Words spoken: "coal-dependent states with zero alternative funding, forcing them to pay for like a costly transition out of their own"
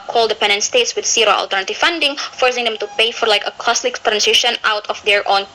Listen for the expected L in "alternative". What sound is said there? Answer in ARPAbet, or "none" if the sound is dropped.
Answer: L